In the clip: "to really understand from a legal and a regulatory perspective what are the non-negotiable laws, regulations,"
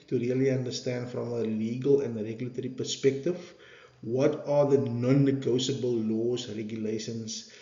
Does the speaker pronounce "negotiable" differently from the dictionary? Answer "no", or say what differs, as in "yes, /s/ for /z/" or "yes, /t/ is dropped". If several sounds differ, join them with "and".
yes, /s/ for /ʃ/